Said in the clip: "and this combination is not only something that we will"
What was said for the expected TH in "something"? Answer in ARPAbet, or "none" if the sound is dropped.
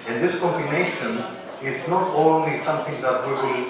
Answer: T